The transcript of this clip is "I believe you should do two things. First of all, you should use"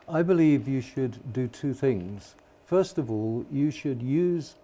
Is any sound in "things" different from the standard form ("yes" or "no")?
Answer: no